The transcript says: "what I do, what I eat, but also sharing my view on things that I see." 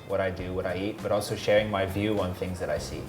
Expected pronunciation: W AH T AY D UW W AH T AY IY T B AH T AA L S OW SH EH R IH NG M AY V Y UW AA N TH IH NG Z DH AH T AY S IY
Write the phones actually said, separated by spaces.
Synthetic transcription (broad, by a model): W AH T AY D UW W AH T AY IY T B AH T AA L S OW SH EH R IH NG M AY V Y UW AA N TH IH NG Z DH AH T AY S IY